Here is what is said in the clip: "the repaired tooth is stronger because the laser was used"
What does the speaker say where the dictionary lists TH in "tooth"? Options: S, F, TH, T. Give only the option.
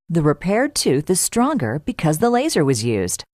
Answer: TH